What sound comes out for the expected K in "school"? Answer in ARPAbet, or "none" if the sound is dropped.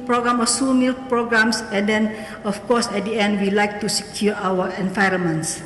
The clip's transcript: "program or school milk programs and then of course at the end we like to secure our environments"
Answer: none